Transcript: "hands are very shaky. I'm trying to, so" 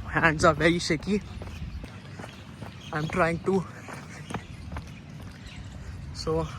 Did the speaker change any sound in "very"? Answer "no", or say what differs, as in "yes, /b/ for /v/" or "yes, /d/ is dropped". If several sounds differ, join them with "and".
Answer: yes, /ɹ/ is dropped